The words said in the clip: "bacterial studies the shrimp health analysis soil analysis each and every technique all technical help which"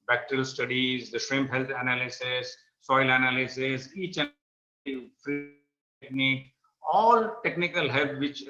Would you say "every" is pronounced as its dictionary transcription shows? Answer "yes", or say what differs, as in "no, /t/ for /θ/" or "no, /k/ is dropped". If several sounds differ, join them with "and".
no, /f/ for /v/